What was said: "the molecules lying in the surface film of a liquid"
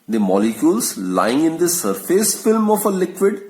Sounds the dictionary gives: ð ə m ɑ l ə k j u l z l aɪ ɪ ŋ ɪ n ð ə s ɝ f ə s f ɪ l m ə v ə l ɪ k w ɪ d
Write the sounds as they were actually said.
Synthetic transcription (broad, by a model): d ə m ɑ l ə k j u l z l aɪ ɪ ŋ ɪ n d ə s ɝ f ə s f ɪ l m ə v ə l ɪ k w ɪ d